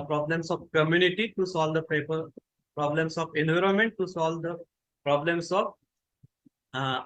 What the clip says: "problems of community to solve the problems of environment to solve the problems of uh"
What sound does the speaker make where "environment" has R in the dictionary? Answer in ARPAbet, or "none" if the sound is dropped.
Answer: R